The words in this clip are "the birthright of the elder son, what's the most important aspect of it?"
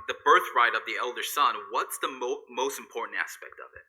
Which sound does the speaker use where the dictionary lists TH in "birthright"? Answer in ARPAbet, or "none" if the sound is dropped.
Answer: TH